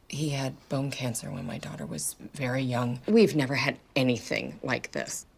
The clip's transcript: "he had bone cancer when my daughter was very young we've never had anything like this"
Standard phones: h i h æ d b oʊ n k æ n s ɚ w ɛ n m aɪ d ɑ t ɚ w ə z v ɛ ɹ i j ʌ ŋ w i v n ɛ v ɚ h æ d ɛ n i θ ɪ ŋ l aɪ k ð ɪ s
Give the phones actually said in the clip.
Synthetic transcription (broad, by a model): h i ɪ d b oʊ n k æ n s ɚ w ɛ n m aɪ d ɑ t ɚ w ə z v ɛ ɹ i j ʌ ŋ w i v n ɛ v ɚ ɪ d ɛ n i θ ɪ ŋ l aɪ k ð ɪ s